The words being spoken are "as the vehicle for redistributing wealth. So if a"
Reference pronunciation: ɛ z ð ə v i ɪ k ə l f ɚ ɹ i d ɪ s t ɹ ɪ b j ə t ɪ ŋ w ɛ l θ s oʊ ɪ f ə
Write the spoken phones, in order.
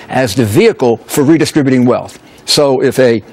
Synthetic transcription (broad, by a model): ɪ z ð ə v i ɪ k l f ɚ ɹ i d ɪ s t ɹ ɪ b j ə t ɪ ŋ w ɛ l θ s oʊ ɪ f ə